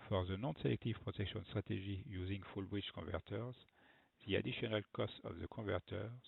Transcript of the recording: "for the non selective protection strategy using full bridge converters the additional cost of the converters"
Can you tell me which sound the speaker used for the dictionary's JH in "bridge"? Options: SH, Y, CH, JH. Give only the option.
CH